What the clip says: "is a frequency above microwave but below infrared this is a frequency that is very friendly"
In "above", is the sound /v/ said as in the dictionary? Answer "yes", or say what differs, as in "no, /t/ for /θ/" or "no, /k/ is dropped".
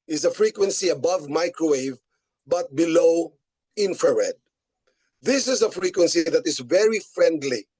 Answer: yes